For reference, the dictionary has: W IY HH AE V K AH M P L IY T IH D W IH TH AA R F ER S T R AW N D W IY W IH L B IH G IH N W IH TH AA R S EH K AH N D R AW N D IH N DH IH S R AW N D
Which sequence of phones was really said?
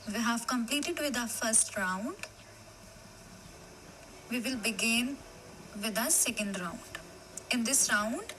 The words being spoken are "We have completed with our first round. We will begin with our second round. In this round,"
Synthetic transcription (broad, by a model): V IY HH AE V K AH M P L IY T IH D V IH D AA F ER S T R AW N D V IY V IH L B IH G IH N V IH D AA S EH K AH N D R AW N D IH N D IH S R AW N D